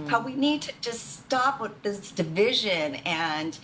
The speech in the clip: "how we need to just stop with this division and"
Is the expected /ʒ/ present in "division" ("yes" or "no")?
yes